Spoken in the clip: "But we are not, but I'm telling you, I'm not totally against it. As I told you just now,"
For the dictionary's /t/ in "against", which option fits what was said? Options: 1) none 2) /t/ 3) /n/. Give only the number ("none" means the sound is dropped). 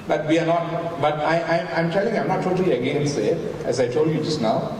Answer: 1